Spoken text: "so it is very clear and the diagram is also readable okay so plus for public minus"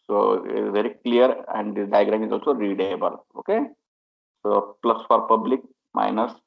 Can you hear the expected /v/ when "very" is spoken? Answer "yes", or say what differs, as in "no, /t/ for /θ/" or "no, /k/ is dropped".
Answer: yes